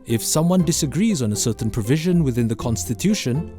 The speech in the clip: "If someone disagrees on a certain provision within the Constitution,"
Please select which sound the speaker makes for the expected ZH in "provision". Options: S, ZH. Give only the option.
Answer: ZH